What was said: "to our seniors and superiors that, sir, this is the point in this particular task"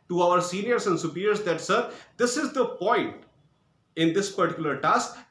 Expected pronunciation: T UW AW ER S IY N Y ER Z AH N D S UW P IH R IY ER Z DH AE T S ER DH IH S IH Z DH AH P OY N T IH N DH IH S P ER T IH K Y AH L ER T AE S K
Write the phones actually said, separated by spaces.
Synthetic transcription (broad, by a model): T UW AW ER S IY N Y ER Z AH N D S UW P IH R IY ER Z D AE T S ER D IH S IH Z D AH P OY N T IH N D IH S P ER T IH K Y AH L ER T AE S K